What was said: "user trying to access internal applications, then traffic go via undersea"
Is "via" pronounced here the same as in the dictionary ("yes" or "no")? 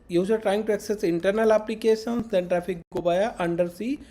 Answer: no